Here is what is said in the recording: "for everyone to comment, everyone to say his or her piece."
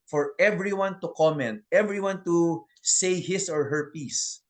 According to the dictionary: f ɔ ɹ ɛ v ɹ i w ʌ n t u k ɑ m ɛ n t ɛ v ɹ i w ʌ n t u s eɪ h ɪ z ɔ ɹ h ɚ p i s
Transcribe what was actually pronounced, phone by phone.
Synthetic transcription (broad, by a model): f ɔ ɹ ɛ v ɹ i w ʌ n t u k ɑ m ɛ n t ɛ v ɹ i w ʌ n t u s eɪ h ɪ s ɔ ɹ h ɚ p i s